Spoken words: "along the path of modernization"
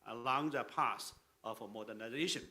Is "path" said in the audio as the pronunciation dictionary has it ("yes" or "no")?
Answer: no